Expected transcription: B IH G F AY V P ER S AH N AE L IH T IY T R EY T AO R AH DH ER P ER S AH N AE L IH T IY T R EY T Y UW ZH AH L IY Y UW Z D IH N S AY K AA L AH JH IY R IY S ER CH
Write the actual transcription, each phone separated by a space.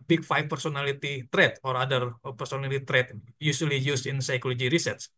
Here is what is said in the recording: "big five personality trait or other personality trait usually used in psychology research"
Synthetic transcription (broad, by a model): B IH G F AY F P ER S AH N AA L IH T IY T R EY T AO R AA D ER P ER S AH N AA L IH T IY T R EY T Y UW S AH L IY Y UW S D IH N S AY K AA L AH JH IY R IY S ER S